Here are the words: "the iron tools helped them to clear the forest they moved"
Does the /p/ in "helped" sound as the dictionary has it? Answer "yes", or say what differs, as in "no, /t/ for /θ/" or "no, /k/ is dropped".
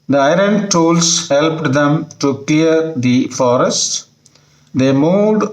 yes